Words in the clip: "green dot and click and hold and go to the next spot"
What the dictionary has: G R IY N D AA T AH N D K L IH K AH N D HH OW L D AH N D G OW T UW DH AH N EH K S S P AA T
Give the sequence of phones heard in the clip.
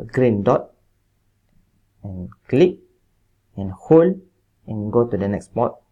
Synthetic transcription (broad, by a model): G R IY N D AA T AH N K L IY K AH N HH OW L AH N G OW T UW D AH N EH K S S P AA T